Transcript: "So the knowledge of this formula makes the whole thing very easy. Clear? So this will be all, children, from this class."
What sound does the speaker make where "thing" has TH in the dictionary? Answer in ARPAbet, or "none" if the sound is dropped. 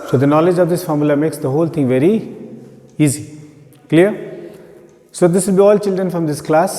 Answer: T